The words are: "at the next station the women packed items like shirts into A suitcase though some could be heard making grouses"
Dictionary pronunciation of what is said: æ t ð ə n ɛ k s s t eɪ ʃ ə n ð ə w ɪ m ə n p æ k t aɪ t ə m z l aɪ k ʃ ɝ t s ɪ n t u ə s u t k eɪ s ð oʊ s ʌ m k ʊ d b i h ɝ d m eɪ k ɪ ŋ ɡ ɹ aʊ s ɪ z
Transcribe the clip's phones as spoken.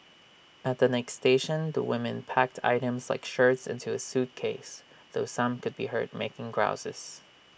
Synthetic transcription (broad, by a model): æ t ð ə n ɛ k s s t eɪ ʃ ə n ð ə w ɪ m ə n p æ k t aɪ t ə m z l aɪ k ʃ ɝ t s ɪ n t u ə s u t k eɪ s ð oʊ s ʌ m k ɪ d b i h ɝ d m eɪ k ɪ ŋ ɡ ɹ aʊ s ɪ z